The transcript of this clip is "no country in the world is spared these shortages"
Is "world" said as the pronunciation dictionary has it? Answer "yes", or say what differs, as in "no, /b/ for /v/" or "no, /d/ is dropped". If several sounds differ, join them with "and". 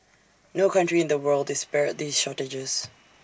yes